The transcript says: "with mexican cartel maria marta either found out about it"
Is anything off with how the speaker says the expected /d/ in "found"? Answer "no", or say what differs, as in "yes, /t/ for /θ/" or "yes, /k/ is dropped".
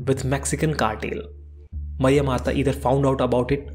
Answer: no